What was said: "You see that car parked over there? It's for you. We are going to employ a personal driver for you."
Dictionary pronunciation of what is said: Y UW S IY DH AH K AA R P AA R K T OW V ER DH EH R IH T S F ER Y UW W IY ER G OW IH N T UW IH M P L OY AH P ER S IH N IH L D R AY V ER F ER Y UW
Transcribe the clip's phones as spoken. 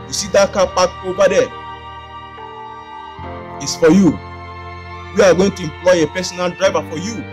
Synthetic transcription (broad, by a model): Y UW S IY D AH K AA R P AA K OW B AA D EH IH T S F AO Y UW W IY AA G OW IH N T UW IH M P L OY AH P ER S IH N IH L D R AY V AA F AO Y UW